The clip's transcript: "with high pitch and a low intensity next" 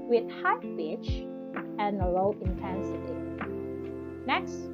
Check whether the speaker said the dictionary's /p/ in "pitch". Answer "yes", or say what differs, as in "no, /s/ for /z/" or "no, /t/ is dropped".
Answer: no, /b/ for /p/